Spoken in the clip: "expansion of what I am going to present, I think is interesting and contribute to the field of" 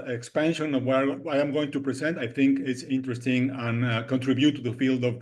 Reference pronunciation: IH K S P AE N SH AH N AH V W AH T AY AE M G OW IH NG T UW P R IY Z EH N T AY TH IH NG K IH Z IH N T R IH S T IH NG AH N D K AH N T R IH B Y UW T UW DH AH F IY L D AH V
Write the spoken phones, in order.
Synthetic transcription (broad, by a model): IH K S P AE N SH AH N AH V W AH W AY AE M G OW IH NG T UW P R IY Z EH N T AY TH IH NG K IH S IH N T R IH S T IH NG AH N K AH N T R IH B Y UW T UW DH AH F IY L D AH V